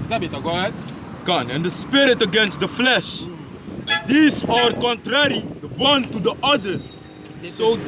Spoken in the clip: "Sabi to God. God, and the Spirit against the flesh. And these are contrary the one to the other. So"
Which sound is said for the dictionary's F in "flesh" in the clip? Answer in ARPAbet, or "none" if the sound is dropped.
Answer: F